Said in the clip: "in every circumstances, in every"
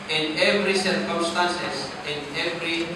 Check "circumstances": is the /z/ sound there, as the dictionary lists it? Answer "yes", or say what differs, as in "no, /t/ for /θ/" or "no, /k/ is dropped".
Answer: no, /s/ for /z/